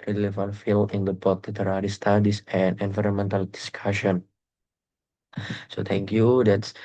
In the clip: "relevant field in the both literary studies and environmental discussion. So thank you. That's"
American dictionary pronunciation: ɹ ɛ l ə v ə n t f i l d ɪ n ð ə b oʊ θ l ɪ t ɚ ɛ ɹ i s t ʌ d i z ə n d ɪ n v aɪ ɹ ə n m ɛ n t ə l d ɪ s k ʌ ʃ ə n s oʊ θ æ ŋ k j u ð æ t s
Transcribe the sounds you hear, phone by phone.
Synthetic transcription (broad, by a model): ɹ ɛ l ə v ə n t f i l ɪ n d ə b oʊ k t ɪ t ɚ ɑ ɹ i s t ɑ d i s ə n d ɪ n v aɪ ɹ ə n m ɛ n t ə l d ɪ s k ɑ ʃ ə n s oʊ t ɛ ŋ k j u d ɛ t s